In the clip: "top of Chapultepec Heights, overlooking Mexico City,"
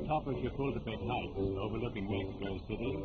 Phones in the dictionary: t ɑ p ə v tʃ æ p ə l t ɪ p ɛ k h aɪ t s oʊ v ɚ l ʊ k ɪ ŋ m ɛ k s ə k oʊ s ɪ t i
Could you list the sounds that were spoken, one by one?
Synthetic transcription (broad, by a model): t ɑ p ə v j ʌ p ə l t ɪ b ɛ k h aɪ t oʊ v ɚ l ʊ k ɪ ŋ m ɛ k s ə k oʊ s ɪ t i